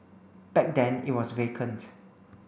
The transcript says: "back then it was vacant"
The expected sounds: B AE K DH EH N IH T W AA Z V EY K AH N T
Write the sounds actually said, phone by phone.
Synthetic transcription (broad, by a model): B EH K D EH N IH T W AA S V EY K AH N T